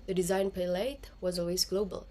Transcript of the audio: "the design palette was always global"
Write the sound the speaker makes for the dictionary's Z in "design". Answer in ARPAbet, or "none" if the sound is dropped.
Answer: Z